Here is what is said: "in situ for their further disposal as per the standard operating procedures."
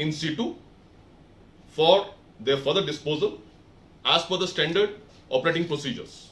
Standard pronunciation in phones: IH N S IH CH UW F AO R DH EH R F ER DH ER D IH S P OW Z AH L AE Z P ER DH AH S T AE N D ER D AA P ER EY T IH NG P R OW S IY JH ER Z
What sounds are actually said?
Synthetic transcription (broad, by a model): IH N S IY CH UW F AO R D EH R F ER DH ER D IH S P OW Z AH L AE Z F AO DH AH S T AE N D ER D AA P ER EY T IH NG P R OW S IY JH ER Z